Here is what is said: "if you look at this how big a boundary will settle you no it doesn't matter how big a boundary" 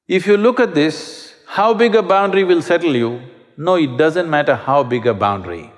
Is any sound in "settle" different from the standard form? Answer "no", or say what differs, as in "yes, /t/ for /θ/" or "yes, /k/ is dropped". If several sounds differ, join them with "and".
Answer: no